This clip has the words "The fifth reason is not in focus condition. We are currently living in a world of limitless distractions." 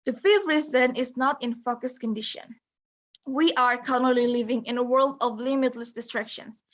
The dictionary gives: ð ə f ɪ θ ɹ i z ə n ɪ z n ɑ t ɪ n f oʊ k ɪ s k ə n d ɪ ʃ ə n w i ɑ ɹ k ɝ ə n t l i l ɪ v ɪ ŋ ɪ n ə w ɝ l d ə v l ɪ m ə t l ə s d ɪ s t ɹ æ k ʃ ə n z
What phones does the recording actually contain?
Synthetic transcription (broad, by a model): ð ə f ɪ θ ɹ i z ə n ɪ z n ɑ t ɪ n f oʊ k ɪ s k ə n d ɪ ʃ ə n w i ɑ ɹ k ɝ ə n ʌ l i l ɪ v ɪ ŋ ɪ n ə w ɝ l d ə v l ɪ m ə t l ə s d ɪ s t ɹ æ k ʃ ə n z